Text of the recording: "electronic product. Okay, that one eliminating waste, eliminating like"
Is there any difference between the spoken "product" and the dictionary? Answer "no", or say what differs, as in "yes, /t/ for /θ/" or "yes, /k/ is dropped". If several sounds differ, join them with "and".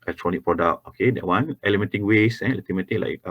yes, /t/ is dropped